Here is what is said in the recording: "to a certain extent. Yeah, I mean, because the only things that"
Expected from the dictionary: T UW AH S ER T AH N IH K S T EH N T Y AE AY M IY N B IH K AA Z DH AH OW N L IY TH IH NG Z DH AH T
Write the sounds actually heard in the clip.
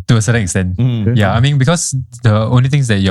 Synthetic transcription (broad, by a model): T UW AH S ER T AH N IH K S T EH N T Y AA AY M IY N B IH K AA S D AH OW N L IY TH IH NG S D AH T